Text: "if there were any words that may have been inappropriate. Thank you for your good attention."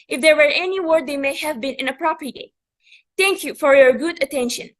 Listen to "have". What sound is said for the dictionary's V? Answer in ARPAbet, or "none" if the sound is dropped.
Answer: V